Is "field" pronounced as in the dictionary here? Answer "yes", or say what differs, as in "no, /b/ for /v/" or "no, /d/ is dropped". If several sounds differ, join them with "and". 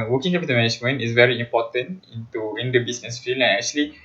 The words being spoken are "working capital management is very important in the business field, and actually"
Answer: no, /d/ is dropped